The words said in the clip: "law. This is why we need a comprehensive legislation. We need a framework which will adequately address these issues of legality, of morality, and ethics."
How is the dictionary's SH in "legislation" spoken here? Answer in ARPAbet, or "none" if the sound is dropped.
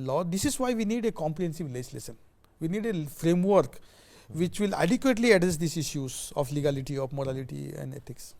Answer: S